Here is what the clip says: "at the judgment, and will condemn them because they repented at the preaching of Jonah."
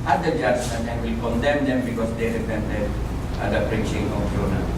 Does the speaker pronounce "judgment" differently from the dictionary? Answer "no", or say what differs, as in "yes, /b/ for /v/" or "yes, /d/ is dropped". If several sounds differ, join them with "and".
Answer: yes, /m/ is dropped